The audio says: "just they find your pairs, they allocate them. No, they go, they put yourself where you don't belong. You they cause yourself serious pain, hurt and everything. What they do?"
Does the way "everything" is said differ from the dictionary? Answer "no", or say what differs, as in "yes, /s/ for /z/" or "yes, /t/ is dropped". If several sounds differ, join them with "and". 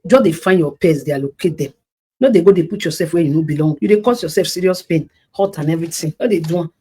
yes, /t/ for /θ/